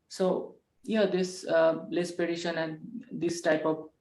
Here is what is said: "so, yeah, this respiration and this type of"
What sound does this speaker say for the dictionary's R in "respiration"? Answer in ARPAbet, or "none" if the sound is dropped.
L